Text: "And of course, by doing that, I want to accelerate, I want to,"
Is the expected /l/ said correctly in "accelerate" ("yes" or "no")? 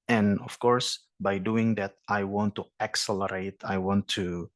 yes